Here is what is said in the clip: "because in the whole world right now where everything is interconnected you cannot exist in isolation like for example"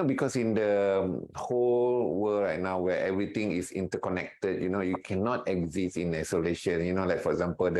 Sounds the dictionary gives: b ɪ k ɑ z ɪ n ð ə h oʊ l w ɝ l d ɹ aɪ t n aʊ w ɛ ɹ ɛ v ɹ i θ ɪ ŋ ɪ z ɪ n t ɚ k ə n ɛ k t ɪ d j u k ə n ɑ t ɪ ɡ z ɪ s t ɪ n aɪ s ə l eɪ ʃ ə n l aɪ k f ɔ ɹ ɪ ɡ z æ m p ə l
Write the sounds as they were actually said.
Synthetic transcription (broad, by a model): b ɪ k ɑ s ɪ n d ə h oʊ l w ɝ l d ɹ aɪ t n aʊ w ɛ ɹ ɛ v ɹ i t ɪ ŋ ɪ s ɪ n t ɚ k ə n ɛ k t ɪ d j u k ə n ɑ t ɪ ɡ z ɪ s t ɪ n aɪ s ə l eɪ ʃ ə n l aɪ k f ɔ ɹ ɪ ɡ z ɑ m p ə l